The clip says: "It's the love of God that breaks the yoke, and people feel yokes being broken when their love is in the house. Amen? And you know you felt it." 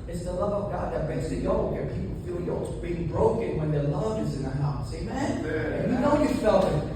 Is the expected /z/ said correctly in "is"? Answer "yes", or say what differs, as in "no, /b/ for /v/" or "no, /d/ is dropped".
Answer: yes